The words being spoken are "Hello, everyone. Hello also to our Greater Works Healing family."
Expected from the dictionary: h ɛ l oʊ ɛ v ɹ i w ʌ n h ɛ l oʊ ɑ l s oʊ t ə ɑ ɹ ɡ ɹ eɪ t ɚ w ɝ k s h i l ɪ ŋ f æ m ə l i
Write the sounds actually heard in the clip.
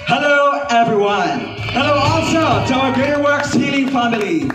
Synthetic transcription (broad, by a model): h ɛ l oʊ ɛ v ɹ i w ʌ n h ɛ l oʊ ɑ l s oʊ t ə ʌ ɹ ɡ eɪ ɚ w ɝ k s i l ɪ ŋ f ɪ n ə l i